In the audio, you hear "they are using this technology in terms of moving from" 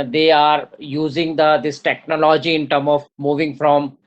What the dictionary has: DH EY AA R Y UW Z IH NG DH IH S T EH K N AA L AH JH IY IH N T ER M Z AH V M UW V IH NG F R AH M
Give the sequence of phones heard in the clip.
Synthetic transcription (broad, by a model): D EY AA R Y UW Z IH NG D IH S T EH K N AA L AH JH IY IH N T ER M AH V M UW V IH NG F R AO M